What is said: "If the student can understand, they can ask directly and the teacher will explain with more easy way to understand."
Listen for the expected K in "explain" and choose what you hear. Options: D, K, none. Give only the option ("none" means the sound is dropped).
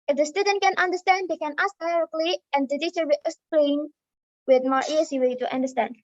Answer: none